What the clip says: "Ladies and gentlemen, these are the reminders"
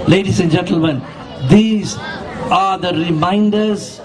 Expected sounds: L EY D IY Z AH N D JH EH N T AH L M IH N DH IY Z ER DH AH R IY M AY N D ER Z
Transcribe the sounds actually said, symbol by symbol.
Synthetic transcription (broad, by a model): L EY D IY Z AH N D JH EH N T AH L M IH N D IY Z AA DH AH R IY M AY N D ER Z